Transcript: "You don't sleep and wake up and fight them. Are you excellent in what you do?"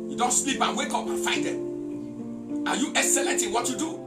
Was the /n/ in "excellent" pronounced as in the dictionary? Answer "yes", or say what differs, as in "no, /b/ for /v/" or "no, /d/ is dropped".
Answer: no, /n/ is dropped